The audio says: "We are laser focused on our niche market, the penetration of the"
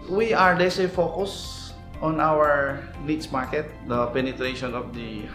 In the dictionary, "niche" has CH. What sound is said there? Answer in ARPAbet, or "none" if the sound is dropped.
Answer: S